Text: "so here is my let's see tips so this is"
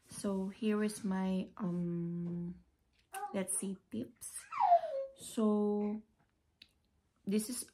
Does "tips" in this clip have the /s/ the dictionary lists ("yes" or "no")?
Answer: yes